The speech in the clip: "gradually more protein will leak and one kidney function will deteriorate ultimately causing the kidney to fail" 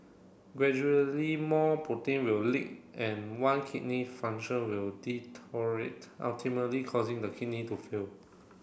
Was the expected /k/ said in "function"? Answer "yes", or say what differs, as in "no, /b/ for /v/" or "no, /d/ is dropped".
no, /k/ is dropped